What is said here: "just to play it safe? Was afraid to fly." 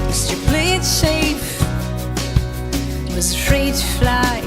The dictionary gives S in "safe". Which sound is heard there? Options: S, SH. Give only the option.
SH